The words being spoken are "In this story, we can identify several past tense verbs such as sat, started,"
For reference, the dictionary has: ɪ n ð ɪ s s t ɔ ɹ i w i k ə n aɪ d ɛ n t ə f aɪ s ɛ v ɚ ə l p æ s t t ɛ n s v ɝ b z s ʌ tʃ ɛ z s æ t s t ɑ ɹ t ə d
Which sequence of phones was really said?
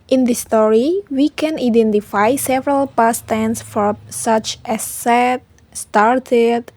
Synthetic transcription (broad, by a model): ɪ n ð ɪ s s t ɔ ɹ i w i k ə n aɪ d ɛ n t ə f aɪ s ɛ v ɚ ə l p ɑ s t t ɛ n s f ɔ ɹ s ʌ tʃ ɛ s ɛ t s t ɑ ɹ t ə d